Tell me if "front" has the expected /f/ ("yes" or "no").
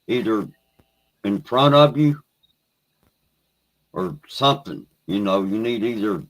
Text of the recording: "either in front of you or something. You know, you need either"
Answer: no